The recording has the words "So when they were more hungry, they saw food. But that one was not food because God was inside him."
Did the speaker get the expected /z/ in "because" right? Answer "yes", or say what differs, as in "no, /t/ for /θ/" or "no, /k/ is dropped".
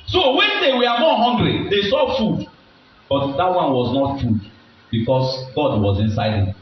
no, /s/ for /z/